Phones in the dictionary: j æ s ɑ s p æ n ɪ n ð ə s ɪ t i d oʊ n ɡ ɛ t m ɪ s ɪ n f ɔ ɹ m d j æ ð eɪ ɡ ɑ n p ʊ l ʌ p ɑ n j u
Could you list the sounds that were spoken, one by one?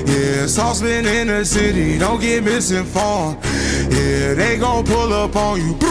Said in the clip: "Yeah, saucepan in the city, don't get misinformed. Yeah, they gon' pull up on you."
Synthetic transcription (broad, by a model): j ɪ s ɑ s b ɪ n ɪ n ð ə s ɪ t i d oʊ n ɡ ɛ t m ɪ s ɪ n f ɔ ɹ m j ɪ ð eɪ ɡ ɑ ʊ p ʊ l ʌ p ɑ n j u